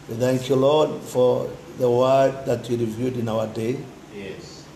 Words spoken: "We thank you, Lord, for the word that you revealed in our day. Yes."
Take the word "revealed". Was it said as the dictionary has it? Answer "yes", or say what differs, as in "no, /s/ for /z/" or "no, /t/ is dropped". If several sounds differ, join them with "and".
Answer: no, /l/ is dropped